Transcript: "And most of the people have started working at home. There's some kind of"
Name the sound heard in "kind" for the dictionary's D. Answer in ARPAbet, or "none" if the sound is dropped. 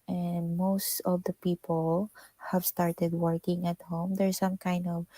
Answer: D